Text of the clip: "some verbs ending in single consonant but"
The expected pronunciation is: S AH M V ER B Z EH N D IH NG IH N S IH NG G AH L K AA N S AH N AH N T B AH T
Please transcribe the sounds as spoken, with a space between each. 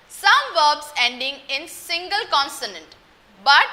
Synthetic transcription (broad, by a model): S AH M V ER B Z EH N D IH NG IH N S IH NG G AH L K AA N S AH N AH N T B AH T